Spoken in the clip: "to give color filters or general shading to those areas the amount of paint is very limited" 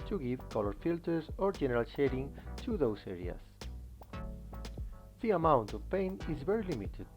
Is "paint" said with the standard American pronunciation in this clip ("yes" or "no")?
no